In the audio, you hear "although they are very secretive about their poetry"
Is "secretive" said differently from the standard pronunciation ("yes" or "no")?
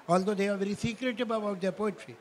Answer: yes